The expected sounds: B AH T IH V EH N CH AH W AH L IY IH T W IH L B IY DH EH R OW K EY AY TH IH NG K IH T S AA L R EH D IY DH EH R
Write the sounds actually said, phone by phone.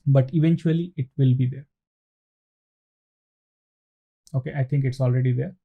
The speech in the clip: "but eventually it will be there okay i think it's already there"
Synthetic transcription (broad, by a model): B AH T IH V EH N CH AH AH L IY IH T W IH L B IY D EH R OW K EY AY T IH NG K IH T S AA L R EH D IY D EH R